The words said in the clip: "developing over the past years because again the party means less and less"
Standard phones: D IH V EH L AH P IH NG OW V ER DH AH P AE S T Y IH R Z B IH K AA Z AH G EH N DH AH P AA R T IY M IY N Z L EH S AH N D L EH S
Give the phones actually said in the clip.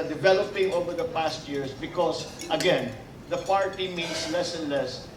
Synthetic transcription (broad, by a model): D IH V EH L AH P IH NG OW V ER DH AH P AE S T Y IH R S B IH K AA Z AH G EH N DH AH P AA R T IY M IY N S L EH S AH N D L EH S